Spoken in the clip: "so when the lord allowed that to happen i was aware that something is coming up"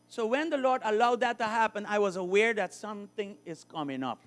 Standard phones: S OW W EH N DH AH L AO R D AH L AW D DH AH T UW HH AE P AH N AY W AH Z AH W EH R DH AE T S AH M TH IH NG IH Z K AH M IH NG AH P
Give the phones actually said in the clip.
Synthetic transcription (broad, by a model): S OW W EH N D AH L AO R D AH L AW D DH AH T UW HH AE P AH N AY W AH Z AH W EH R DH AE T S AH M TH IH NG IH Z K AH M IH NG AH P